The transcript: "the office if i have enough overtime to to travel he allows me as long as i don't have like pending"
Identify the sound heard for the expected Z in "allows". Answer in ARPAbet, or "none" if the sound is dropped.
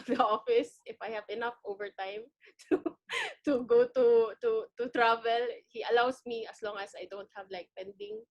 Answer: S